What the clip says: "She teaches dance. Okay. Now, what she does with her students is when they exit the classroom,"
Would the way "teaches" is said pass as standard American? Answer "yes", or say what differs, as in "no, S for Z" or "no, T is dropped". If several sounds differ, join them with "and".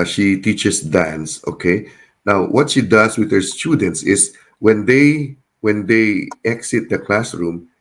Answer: no, S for Z